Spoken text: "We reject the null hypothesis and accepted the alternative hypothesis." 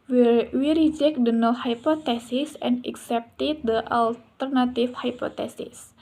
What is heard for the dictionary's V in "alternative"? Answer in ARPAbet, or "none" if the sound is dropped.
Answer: F